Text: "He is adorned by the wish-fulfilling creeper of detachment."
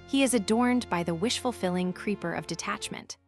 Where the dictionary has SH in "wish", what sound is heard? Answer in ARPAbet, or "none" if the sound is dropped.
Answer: SH